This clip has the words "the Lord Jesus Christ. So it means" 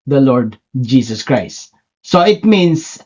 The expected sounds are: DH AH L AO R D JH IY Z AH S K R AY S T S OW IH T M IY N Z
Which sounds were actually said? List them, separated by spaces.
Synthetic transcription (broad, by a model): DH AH L AO R D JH IY S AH S K R AY S T S OW IH T M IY N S